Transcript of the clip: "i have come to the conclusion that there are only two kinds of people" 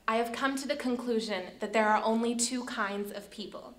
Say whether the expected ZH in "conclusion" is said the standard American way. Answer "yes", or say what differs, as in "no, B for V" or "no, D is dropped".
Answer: yes